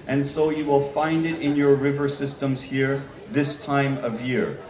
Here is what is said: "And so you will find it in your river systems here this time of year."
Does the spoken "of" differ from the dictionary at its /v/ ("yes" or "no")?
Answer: no